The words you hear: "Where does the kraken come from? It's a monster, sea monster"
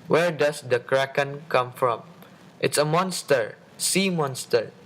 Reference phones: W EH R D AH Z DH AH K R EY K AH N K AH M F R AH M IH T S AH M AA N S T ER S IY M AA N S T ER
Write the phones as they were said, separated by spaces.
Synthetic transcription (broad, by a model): W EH R D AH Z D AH K R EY K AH N K AH M F R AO M IH T S AH M AA N S T ER S IY M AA N S T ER